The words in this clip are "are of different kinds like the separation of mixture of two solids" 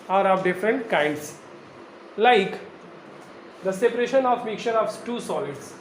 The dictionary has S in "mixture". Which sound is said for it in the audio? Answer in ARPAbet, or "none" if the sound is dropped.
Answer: none